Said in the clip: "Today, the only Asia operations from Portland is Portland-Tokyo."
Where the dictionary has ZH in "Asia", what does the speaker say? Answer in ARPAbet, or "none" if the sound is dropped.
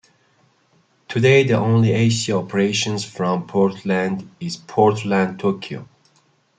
S